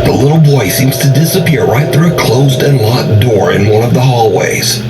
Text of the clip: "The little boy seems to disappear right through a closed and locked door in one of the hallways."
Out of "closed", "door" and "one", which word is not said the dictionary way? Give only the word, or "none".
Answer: none